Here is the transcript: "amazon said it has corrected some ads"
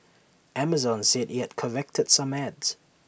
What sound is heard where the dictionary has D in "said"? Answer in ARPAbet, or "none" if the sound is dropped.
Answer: D